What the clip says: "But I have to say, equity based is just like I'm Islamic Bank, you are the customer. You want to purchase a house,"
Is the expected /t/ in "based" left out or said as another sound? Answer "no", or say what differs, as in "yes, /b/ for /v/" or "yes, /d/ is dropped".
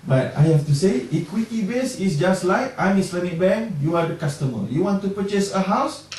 yes, /t/ is dropped